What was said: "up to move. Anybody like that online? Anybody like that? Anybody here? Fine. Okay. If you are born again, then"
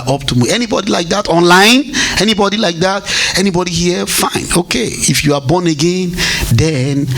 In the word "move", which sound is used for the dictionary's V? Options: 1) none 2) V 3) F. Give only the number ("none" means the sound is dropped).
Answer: 1